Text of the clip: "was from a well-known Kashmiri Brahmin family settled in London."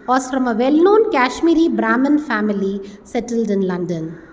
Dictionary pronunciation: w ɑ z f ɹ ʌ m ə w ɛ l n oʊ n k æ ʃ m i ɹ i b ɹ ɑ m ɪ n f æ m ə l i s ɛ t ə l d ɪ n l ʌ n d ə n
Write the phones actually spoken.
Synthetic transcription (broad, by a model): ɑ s ɹ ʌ m ə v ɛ l n oʊ n k æ ʃ m i ɹ i b ɹ ɑ m ɪ n f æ m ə l i s ɛ t ə l d ɪ n l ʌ n d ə n